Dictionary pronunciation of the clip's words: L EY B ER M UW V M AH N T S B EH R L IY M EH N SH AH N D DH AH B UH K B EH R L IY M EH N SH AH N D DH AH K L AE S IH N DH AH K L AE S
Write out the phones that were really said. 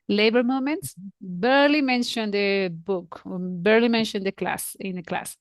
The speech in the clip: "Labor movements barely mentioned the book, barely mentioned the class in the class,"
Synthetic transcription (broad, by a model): L EY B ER M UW M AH N T S B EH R L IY M EH N SH AH N D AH B UH K B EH R L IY M EH N SH AH N D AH K L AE S IH N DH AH K L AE S